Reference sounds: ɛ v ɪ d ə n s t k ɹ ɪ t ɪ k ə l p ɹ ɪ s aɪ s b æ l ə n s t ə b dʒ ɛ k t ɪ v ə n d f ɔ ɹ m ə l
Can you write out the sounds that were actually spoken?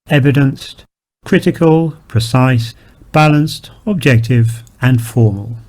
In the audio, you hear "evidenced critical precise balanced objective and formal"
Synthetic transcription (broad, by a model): ɛ v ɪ d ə n s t k ɹ ɪ t ɪ k ə l p ɹ ɪ s aɪ s b æ l ə n s t ə b dʒ ɛ k t ɪ v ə n f ɔ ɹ m ə l